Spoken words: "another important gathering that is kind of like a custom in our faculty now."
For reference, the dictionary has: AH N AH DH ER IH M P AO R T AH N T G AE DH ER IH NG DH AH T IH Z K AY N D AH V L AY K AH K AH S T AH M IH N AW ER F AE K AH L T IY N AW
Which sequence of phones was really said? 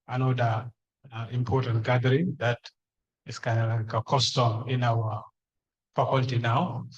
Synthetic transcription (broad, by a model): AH N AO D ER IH M P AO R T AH N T G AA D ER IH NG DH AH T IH S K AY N AH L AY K AH K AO S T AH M IH N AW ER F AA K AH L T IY N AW